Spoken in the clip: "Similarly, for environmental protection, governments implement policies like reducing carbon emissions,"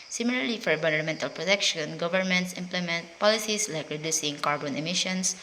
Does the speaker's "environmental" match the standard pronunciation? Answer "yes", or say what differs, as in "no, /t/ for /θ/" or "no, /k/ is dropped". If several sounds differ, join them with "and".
no, /v/ is dropped